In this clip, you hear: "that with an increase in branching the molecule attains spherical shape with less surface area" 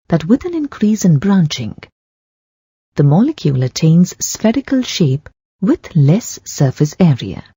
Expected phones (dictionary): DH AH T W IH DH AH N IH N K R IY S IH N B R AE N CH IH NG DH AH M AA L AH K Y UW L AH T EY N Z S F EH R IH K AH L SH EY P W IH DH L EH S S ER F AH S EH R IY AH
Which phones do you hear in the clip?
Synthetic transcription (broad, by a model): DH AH T W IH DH AH N IH N K R IY S IH N B R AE N CH IH NG DH AH M AA L AH K Y UW L AH T EY N Z S F EH R IH K AH L SH EY P W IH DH L EH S S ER F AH S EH R IY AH